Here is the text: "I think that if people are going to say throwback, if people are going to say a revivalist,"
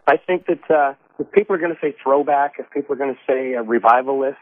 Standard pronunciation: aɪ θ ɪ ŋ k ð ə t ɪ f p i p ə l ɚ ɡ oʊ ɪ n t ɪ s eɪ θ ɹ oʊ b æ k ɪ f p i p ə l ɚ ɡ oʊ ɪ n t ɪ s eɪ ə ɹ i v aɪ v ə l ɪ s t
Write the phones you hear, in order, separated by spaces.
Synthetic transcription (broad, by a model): aɪ θ ɪ ŋ k ð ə t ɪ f p i p l ɚ ɡ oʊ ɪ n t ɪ s eɪ θ ɹ oʊ b æ k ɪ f p i p l ɚ ɡ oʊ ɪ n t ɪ s eɪ ə ɹ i v aɪ v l l ɪ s t